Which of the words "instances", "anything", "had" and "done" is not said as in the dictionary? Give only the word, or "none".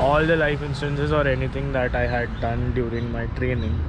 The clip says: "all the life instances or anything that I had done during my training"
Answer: anything